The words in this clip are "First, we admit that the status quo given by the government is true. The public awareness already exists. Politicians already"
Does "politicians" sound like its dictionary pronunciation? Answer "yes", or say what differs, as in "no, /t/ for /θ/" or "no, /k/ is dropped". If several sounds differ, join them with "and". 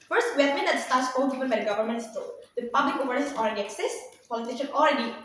no, /z/ is dropped